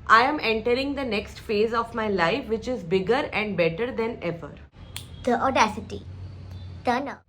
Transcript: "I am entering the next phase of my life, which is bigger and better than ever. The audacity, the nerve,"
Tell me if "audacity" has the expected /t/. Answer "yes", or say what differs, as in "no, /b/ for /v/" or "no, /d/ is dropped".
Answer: yes